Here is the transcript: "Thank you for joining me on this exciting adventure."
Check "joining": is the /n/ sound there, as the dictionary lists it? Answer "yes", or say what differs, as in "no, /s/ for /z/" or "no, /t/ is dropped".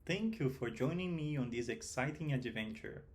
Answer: yes